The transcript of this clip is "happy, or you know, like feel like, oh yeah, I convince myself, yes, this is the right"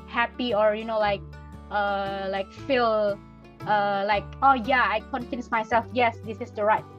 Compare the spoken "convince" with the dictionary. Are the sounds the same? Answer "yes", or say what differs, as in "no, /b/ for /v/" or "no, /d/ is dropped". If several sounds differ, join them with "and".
no, /f/ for /v/